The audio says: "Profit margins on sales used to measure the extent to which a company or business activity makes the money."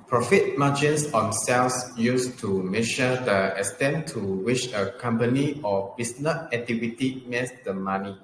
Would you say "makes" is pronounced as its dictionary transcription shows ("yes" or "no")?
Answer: no